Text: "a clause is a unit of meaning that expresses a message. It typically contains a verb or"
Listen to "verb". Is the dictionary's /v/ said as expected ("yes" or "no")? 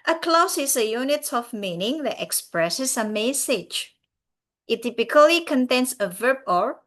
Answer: yes